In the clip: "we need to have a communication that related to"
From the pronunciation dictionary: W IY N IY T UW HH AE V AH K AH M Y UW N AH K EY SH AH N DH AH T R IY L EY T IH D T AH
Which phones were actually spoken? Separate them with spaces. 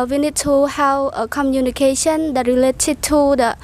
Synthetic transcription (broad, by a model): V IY N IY T UW HH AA W AH K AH M Y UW N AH K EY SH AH N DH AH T R IY L EY T IH D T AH